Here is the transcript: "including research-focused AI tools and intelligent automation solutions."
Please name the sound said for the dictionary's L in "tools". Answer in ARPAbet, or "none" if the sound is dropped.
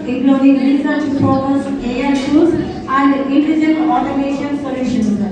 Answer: none